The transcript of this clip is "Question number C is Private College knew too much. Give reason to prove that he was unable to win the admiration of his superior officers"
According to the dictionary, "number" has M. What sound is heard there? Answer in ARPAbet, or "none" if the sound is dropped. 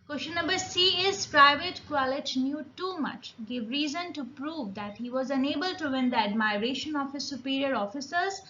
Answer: none